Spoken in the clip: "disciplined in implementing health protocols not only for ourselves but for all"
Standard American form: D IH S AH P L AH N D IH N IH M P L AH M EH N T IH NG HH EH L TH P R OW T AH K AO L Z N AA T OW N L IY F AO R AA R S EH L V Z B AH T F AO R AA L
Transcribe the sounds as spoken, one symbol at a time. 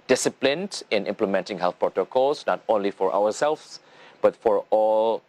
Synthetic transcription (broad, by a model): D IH S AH P L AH N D IH N IH M P L AH M EH N T IH NG HH EH L TH P R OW T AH K AO L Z N AA T OW N L IY F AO R AA W S EH L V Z B AH T F AO R AA L